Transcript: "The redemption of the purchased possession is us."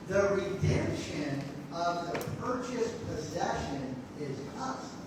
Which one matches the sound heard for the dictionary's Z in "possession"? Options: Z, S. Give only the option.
Z